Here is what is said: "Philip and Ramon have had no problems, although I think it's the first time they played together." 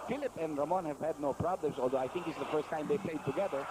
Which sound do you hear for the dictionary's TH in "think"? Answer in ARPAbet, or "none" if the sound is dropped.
T